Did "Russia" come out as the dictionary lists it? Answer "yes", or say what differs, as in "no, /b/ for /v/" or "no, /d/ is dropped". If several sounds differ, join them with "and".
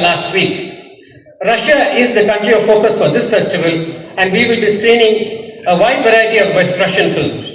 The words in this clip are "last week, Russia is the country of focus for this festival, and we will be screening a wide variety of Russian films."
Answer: yes